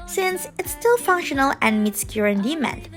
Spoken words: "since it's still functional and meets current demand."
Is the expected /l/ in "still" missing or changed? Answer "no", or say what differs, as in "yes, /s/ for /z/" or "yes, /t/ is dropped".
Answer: no